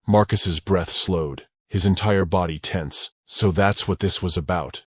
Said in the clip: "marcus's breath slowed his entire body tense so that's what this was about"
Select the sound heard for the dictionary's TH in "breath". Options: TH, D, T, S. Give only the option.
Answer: TH